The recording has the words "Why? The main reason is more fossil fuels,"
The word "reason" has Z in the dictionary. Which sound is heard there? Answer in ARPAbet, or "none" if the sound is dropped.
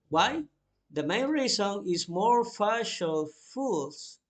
S